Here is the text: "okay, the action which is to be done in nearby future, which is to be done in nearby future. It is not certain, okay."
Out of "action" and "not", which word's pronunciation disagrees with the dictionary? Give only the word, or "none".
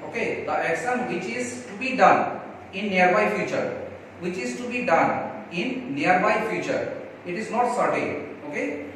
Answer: action